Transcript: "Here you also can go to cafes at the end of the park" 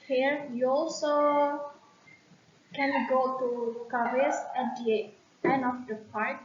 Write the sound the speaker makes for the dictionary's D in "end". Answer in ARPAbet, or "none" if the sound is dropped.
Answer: none